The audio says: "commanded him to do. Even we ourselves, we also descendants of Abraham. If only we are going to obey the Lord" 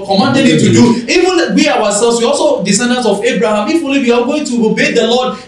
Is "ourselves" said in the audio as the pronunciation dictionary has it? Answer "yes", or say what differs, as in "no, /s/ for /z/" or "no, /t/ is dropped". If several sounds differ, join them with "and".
no, /w/ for /ɹ/